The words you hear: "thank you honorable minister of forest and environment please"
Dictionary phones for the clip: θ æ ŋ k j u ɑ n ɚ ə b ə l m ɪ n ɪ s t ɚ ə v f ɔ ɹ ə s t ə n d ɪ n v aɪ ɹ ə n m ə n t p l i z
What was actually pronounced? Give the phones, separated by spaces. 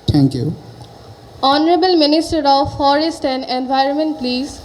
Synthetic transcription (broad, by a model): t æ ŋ k j u ɑ n ɚ ə b ə l m ɪ n ɪ s t ɚ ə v f ɔ ɹ ə s t ə n d ɪ n v aɪ ɹ ə n m ə n t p l i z